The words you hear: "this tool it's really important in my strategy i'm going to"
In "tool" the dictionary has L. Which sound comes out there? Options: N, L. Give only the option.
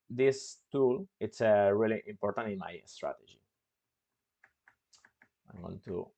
L